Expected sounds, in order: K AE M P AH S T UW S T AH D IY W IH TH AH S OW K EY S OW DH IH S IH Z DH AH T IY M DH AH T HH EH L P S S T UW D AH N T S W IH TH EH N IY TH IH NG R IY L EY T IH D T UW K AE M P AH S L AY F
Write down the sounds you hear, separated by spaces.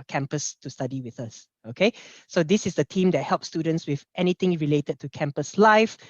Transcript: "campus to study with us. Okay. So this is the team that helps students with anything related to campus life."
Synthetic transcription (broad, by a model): K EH M P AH S T UW S T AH D IY W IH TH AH S OW K EY S OW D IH S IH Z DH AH T IY M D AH T HH EH L P S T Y UW D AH N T S W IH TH EH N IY T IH NG R IY L EY T IH D T UW K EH M P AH S L AY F